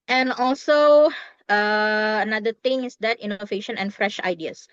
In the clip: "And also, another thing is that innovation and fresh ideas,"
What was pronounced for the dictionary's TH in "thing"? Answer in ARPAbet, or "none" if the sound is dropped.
T